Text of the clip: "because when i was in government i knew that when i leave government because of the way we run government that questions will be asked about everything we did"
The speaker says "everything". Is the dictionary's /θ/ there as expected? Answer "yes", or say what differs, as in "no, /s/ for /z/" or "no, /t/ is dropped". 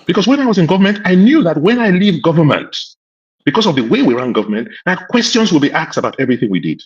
yes